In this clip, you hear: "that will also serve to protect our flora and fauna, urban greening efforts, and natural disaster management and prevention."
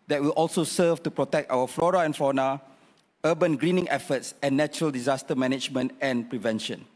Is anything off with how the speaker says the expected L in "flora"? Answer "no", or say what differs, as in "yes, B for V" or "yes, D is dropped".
no